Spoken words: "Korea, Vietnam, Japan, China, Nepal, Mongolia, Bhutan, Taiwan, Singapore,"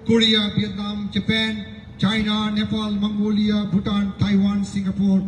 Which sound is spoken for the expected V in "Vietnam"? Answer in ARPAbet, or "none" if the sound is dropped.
B